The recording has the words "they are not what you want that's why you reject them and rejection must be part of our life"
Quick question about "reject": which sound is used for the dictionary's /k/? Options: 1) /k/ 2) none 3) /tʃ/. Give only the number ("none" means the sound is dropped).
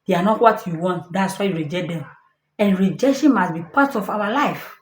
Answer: 2